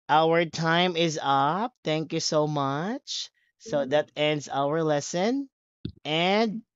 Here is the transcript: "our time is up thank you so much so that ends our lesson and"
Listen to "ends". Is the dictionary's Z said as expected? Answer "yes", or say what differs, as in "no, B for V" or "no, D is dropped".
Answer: yes